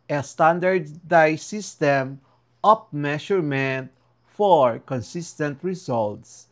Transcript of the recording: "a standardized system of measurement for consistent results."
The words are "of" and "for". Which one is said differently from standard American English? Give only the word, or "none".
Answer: of